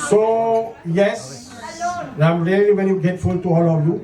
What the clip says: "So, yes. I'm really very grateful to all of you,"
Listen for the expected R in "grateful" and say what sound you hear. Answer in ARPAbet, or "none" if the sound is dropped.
none